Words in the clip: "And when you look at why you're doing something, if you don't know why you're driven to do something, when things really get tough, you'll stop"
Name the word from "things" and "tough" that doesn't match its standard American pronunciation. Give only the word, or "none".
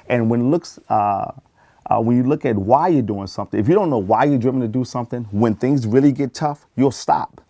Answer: none